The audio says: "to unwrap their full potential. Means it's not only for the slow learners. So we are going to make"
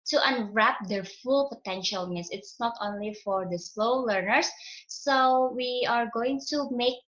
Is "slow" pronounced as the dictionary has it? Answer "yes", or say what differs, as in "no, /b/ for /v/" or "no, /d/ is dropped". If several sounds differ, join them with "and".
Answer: yes